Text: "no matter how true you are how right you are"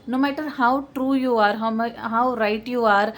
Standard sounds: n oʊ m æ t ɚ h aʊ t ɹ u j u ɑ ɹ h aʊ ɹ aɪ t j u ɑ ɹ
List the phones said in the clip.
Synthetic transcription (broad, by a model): n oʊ m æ t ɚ h aʊ t ɹ u j u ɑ ɹ h aʊ ɹ aɪ t j u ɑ ɹ